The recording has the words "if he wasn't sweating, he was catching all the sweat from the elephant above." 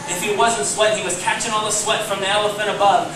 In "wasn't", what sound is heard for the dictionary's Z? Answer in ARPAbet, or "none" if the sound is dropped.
Z